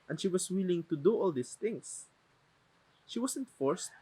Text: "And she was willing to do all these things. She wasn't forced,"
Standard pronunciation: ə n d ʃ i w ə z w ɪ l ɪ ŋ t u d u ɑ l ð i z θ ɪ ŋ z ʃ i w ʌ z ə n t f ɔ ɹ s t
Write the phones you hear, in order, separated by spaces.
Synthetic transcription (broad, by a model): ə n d ʃ i w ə s w ɪ l ɪ ŋ t u d u ɑ l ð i s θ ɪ ŋ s ʃ i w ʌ s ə n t f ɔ ɹ s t